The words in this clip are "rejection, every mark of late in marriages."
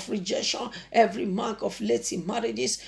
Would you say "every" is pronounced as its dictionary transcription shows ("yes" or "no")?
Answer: yes